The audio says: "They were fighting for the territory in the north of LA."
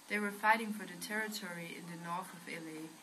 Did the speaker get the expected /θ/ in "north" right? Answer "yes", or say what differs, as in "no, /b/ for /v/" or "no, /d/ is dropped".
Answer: yes